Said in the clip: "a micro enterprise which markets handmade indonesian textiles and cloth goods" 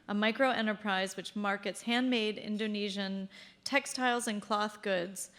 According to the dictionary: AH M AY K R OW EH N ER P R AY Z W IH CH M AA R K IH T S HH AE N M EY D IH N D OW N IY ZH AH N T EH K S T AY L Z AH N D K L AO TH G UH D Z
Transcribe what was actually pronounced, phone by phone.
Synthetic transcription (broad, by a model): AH M AY K R OW EH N ER P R AY Z W IH CH M AA R K IH T S HH AE N M EY D IH N D OW N IY ZH AH N T EH K S T AY L Z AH N K L AO TH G UH D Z